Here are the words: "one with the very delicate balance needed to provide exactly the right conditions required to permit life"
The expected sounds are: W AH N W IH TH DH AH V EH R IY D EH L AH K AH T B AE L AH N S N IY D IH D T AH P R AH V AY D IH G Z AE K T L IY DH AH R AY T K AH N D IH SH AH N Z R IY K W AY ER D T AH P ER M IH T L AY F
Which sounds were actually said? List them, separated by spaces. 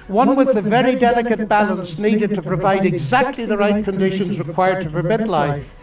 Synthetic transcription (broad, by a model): W AH N W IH DH AH V EH R IY D EH L AH K AH T B AE L AH N S N IY D IH D T AH P R AH V AY D IH G Z AE K T L IY DH AH R AY T K AH N D IH SH AH N Z R IY K W AY ER D T AH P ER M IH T L AY F